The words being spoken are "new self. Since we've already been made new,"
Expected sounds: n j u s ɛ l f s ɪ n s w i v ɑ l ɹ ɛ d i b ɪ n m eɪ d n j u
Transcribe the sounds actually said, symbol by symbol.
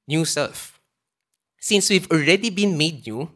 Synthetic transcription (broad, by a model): n j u s ɛ l f s ɪ n s w i v ɑ l ɹ ɛ d i b ɪ n m eɪ d n j u